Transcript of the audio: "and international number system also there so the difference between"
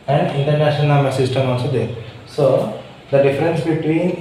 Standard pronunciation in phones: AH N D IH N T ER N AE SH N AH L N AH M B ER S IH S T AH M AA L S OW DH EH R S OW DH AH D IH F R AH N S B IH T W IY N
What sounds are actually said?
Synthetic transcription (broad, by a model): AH N D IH N T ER N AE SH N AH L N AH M ER S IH S T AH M AA L S OW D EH R S OW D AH D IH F R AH N S B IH T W IY N